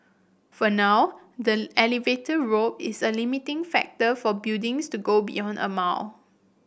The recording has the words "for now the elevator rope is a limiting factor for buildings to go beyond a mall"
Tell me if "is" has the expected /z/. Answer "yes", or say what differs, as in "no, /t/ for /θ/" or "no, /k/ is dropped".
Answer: no, /s/ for /z/